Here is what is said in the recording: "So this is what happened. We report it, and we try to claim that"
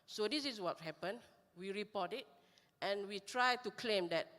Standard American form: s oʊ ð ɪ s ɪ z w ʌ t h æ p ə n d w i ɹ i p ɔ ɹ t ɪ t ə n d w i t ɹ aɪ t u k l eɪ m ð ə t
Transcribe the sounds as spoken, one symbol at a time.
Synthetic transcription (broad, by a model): s oʊ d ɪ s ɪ s w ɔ t h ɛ p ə n w i ɹ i p ɔ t ɪ t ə n w i t ɹ aɪ t u k l eɪ m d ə t